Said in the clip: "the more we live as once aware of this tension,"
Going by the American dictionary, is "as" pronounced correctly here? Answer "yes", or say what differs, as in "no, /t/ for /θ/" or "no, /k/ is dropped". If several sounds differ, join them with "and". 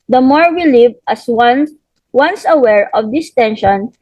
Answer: no, /s/ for /z/